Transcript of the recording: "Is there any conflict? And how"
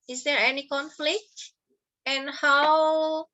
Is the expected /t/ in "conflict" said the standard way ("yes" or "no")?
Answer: yes